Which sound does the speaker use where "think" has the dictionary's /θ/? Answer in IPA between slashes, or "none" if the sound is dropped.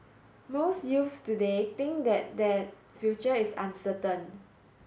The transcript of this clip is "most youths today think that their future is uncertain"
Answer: /t/